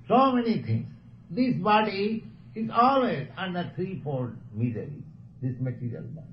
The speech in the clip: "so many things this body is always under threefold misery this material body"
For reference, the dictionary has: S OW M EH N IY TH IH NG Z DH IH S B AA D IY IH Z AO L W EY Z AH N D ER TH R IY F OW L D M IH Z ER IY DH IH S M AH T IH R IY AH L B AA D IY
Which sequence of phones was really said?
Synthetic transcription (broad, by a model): S OW M EH N IY T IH NG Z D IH S B AA D IY IH Z AO L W EY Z AH N D ER T R IY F OW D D M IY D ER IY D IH S M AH T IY R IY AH L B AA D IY